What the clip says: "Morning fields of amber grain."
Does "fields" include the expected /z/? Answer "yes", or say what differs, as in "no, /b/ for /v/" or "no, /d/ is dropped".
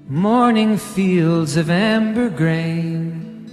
yes